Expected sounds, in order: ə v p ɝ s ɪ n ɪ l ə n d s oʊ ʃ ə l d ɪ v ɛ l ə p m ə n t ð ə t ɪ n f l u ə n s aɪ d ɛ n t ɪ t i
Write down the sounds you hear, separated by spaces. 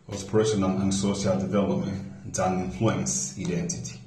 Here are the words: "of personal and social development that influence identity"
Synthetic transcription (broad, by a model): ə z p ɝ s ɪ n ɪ n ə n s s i ə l d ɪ v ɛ l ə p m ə n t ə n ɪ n f l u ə n s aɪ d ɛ n t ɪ t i